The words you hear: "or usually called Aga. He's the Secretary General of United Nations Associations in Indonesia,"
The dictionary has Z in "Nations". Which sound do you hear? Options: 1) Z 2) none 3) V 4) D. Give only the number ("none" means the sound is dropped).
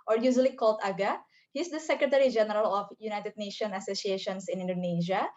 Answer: 2